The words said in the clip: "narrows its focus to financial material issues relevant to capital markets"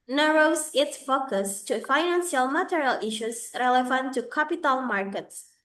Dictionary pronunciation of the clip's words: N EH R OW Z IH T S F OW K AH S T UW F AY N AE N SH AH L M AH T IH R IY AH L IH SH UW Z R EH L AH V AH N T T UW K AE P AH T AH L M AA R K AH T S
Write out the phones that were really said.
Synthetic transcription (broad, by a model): N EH R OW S IH T S F OW K AH S T UW F AY N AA N S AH L M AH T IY R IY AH L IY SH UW S R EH L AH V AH N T T UW K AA P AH T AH L M AA R K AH T S